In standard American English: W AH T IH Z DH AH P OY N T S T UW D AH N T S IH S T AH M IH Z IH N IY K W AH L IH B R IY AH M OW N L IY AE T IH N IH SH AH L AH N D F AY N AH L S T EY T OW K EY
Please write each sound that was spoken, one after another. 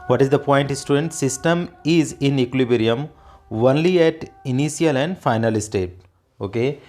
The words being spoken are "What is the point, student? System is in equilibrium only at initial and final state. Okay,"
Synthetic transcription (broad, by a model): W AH T IH Z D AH P OY N T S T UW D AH N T S IH S T AH M IH Z IH N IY K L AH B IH R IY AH M OW N L IY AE T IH N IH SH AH L AH N D F AY N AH L S T EY T OW K EY